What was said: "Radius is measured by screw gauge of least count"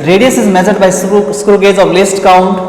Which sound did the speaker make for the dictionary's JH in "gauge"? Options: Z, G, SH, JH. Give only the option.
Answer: Z